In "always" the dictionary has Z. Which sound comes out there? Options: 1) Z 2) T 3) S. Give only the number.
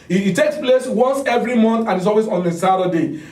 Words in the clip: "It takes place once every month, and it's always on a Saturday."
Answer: 3